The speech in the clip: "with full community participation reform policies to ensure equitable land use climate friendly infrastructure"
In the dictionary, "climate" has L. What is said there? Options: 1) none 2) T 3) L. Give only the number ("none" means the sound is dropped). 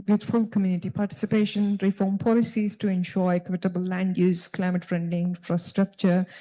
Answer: 3